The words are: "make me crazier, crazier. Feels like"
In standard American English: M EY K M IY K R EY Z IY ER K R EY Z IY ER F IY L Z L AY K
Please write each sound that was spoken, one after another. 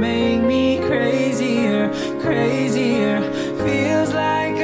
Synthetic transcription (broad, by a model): M EY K M IY K R EY Z IY ER K R EY Z IY ER F IY L Z L AY K